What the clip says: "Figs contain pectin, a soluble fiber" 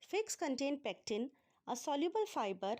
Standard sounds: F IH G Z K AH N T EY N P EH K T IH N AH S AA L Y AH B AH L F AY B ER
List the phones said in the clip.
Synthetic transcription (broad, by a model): F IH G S K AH N T EY N P EH K T IH N AH S AA L Y AH B AH L F AY B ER